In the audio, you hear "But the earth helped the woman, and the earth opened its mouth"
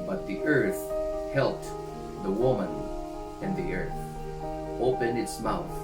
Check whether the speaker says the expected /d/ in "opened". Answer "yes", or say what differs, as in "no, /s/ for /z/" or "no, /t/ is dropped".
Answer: no, /d/ is dropped